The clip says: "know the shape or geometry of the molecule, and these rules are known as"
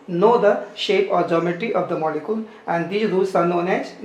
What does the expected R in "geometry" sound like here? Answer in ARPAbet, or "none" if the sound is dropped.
none